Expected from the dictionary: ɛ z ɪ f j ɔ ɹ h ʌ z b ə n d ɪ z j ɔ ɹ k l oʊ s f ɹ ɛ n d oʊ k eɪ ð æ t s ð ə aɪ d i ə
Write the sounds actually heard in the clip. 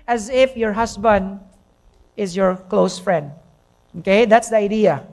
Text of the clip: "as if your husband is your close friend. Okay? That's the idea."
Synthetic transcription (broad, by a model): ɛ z ɪ f j ɔ ɹ h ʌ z b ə n d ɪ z j ɔ ɹ k l oʊ s f ɹ ɛ n d oʊ k eɪ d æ t s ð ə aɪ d i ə